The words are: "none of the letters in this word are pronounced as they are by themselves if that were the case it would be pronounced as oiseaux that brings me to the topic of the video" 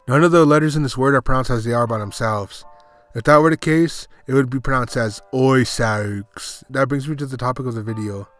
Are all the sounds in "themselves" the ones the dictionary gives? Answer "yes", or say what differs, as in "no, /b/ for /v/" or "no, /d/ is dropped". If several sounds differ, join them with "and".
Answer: yes